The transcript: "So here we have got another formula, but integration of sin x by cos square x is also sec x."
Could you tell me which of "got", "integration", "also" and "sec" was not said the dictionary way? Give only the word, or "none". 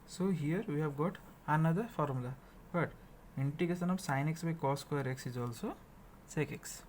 integration